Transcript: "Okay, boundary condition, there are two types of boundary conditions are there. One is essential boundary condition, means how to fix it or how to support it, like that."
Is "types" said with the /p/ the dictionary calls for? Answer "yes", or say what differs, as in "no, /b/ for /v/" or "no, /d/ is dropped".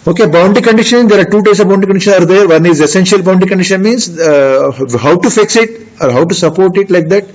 no, /p/ is dropped